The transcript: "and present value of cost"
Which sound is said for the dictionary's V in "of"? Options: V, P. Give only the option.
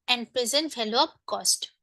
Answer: P